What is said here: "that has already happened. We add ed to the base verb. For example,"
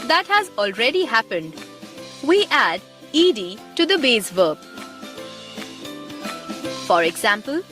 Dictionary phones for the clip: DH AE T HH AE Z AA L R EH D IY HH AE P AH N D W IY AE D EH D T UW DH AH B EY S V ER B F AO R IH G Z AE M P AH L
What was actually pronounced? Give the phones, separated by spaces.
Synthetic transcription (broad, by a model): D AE T HH AE Z AA L R EH D IY HH AE P AH N D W IY AE D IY D T UW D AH B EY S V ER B F AO R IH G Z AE M P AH L